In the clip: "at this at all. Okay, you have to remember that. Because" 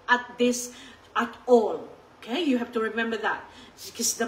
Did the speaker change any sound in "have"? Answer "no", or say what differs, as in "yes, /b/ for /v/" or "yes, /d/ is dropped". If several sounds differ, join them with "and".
yes, /f/ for /v/